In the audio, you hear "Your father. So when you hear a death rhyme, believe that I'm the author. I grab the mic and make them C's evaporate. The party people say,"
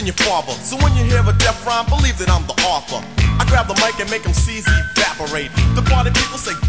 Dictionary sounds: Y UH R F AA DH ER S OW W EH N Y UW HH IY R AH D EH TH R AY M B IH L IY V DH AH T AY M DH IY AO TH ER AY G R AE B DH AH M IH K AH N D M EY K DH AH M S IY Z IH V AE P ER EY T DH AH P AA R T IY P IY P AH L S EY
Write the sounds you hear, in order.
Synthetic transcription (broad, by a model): Y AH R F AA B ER S OW W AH N Y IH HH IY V AH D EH F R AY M B IH L IY V DH AH T AY M DH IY AO TH ER AY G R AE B DH AH M IH K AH N M EY K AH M S IY Z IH AE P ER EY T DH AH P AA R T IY P IY P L S EY